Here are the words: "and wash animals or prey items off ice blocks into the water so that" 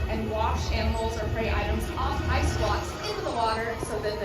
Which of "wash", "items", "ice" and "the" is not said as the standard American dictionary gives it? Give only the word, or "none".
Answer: none